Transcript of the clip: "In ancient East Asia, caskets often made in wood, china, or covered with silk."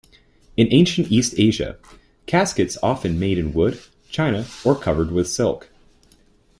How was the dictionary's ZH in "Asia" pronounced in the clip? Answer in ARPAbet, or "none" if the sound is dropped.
ZH